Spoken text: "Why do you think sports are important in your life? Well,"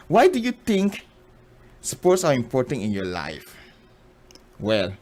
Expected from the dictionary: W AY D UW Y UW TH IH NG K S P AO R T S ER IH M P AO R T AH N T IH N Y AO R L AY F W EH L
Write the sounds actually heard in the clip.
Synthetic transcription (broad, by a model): W AY D UW Y UW T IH NG K S P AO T S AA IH M P AO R T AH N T IH N Y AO L AY F W EH L